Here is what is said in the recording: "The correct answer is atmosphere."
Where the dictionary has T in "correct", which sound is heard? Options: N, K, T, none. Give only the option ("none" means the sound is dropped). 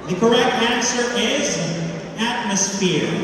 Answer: T